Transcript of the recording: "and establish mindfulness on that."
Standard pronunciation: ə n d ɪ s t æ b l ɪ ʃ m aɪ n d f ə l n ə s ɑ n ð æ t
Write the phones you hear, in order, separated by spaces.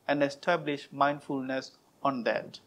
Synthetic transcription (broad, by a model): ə n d ɪ s t æ b l ɪ ʃ m aɪ n d f ə l n ə s ɑ n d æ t